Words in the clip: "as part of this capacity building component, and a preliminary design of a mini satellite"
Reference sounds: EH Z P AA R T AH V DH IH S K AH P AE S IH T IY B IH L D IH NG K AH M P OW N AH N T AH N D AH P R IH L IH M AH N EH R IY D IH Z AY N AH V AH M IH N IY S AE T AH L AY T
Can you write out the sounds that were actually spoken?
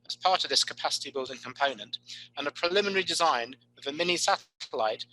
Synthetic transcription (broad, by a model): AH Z P AA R T AH V DH IH S K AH P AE S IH T IY B IH L D IH NG K AH M P OW N AH N T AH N AH P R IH L IH M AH N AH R IY D IH Z AY N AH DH AH M IH N IY S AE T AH L AY T